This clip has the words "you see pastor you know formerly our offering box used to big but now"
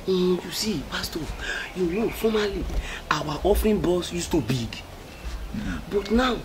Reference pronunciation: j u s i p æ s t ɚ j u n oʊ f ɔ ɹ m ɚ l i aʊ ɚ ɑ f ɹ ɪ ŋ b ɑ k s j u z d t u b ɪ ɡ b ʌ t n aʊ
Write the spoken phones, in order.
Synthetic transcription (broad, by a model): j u s i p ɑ s t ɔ j u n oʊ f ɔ m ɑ l i aʊ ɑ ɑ f ɹ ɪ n b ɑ s j u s t u b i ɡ b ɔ t n aʊ